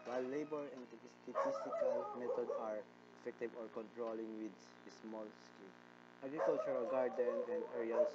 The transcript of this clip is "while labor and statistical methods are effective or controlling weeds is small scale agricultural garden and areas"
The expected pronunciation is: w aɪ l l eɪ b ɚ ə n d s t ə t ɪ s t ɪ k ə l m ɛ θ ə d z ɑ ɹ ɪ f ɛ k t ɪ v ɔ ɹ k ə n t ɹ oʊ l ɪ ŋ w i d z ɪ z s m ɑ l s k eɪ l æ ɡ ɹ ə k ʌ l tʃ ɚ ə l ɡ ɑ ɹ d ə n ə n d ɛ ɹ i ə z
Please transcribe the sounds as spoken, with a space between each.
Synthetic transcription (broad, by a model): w aɪ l l eɪ b ɚ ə n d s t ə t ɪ s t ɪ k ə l m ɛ t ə d ɑ ɹ ɪ f ɛ k t ɪ v ɔ ɹ k ə n t ɹ oʊ l ɪ ŋ w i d ɪ s m ɑ l s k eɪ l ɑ ɡ ɹ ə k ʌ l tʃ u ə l ɡ ɑ ɹ d ə n ə n d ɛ ɹ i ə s